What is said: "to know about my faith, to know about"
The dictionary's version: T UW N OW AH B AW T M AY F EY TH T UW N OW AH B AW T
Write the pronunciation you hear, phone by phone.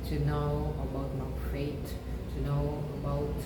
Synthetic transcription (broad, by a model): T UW N OW AH B AW T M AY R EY T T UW N OW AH B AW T